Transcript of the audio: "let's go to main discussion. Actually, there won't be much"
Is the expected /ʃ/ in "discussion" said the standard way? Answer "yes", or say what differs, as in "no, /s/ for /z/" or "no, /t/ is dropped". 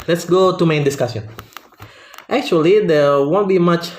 no, /s/ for /ʃ/